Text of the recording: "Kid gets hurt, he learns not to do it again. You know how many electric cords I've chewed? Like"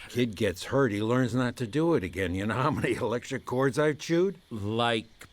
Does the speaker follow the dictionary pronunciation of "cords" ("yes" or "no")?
yes